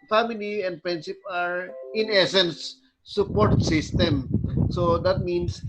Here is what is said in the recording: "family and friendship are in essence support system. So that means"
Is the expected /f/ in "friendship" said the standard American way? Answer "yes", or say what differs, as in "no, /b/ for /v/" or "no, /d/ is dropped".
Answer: no, /p/ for /f/